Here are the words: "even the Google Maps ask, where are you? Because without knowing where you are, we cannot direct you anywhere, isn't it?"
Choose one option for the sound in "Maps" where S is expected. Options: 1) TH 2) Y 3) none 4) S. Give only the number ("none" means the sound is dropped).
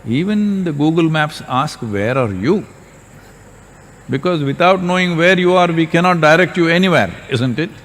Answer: 4